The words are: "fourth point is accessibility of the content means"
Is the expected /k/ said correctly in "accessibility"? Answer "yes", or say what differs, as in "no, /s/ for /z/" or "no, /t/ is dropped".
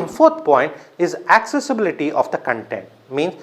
yes